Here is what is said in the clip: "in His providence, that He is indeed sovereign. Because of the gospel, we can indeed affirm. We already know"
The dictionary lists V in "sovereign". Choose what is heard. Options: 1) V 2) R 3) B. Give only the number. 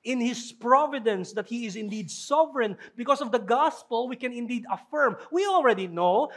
1